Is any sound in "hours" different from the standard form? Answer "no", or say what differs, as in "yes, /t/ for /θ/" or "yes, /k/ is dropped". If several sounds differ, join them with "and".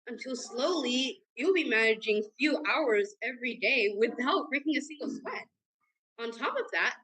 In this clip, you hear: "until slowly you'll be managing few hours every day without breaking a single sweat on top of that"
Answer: no